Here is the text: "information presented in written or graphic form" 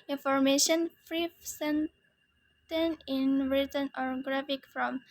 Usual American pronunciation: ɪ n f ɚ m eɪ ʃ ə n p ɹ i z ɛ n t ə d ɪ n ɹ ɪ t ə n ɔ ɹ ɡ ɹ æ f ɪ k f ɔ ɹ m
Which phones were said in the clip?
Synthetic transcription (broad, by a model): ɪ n f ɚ m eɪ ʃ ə n f ɹ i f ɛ n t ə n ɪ n ɹ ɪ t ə n ɔ ɹ ɡ ɹ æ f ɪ k f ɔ m